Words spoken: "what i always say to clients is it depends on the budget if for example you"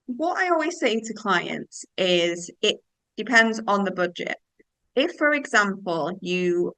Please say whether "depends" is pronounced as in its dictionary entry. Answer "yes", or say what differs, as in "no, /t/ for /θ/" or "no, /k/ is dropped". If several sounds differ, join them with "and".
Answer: yes